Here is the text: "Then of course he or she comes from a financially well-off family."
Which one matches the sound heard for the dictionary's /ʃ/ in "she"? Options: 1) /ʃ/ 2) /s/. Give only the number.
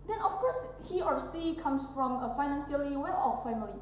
2